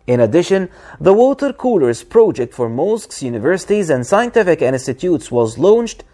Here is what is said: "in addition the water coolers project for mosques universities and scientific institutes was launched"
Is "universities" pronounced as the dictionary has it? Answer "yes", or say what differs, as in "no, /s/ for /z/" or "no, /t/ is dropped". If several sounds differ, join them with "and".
yes